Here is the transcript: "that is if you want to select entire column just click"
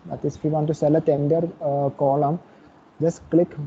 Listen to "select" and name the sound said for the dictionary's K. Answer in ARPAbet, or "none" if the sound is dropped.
none